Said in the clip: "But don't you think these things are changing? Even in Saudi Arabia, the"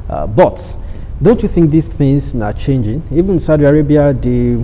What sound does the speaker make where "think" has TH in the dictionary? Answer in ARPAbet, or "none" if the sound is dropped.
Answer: TH